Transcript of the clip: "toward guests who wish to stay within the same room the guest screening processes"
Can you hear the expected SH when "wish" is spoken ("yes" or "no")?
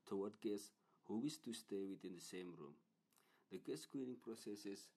no